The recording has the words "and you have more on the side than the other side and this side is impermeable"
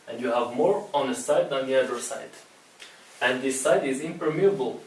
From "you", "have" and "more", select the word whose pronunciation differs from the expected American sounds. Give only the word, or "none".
none